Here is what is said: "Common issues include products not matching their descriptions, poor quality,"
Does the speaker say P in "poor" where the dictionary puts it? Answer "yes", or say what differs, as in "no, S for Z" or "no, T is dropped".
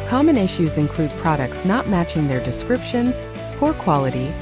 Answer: no, F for P